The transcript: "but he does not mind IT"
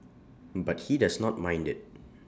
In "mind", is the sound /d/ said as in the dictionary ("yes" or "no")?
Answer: yes